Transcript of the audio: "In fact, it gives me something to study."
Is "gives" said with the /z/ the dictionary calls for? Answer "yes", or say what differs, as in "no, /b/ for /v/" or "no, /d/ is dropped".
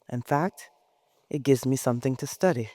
yes